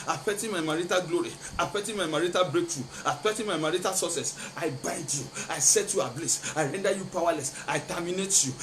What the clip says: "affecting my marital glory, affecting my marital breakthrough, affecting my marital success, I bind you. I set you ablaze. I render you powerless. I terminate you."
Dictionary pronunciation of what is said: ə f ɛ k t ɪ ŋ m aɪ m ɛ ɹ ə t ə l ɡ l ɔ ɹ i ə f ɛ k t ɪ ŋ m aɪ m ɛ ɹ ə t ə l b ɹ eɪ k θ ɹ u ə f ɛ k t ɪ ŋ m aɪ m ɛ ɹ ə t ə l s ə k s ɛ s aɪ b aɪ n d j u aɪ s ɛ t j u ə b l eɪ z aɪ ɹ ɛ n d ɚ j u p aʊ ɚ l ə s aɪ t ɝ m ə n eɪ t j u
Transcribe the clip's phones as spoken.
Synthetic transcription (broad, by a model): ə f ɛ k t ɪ m aɪ m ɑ ɹ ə t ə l ɡ l ɔ ɹ i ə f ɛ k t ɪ m aɪ m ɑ ɹ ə t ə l b ɹ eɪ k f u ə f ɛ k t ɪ m aɪ m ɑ ɹ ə t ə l s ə s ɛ s aɪ b aɪ n d j u aɪ s ɛ t j u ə b l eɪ s aɪ ɹ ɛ n d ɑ j u p aʊ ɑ l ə s aɪ t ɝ m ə n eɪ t j u